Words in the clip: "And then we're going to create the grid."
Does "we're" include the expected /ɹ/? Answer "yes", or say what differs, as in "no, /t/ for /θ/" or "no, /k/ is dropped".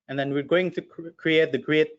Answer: yes